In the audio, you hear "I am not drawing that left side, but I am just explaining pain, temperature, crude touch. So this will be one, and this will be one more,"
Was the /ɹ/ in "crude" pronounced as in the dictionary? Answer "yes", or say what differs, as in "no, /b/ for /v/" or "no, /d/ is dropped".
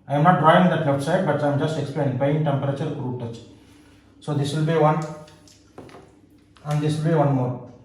yes